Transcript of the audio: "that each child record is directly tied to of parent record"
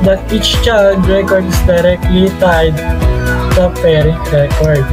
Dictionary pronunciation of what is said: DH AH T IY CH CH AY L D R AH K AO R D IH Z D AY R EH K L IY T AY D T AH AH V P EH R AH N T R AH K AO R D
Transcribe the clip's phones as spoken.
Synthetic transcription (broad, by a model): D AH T IY CH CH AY D R AH K AO R D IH S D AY R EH K L IY T AY D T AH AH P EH R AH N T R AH K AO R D